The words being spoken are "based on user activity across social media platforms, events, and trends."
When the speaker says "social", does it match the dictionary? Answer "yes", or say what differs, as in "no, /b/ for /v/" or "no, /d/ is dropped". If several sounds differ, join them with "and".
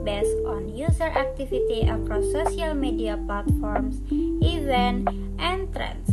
no, /ʃ/ is dropped